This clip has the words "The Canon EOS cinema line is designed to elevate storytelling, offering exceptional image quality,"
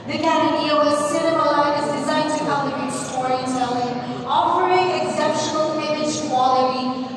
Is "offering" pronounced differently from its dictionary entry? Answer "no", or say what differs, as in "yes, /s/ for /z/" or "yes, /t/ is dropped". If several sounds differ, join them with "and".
yes, /p/ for /f/